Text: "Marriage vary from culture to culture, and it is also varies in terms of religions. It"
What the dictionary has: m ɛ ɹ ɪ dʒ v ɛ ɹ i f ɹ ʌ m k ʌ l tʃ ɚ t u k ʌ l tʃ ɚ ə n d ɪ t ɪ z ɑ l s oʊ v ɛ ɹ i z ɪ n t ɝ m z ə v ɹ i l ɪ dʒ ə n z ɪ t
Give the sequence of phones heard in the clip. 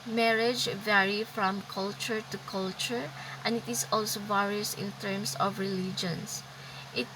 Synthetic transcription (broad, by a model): m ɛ ɹ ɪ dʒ v ɛ ɹ i f ɹ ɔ m k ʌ l tʃ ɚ t u k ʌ l tʃ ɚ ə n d ɪ t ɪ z ɑ l s oʊ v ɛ ɹ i s ɪ n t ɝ m s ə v ɹ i l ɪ dʒ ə n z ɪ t